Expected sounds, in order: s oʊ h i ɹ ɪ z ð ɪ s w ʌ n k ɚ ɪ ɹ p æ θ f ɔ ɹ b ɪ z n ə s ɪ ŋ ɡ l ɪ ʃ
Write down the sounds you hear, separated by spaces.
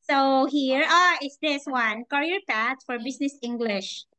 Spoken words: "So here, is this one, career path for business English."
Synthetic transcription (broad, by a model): s oʊ h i ɹ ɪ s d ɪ s w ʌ n k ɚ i ɹ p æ t f ɔ ɹ b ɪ s n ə s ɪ ŋ ɡ l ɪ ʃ